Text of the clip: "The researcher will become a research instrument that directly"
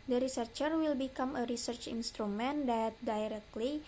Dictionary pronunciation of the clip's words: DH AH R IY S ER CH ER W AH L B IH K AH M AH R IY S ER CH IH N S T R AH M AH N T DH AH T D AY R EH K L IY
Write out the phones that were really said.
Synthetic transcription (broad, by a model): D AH R IY S ER CH ER W AH L B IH K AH M AH R IY S ER CH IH N S T R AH M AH N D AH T D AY R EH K L IY